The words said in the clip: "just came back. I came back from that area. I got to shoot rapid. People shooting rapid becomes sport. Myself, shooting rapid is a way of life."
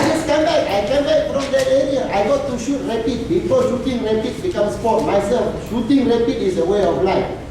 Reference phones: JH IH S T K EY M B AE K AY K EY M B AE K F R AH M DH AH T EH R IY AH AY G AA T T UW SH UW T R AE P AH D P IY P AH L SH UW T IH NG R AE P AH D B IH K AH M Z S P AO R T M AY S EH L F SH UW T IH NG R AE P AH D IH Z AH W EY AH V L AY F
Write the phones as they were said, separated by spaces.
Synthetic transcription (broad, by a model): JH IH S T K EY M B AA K AY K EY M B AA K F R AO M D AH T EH R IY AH AY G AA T T UW SH UW T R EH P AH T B IY F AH SH UW T IH NG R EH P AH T B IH K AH M S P AO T M AY S EH L F SH UW T IH NG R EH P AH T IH S AH W EY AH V L AY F